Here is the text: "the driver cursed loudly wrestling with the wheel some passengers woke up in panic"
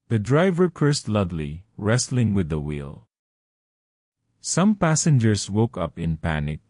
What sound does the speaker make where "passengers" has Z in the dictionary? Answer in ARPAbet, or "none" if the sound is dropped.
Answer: S